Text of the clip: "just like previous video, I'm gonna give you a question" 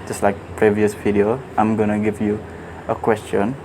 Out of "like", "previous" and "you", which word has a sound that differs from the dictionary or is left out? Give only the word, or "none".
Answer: none